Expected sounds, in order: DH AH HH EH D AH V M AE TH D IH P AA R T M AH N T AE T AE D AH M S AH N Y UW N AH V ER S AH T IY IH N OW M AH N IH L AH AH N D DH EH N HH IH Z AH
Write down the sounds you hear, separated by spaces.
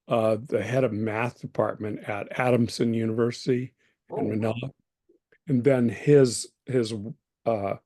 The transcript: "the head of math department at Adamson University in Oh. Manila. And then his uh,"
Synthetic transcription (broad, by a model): DH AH HH EH D AH V M AE TH D IH P AA R T M AH N T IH T AE D AH M S AH N Y UW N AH V ER S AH T IY IH N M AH N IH L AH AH N DH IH N HH IH Z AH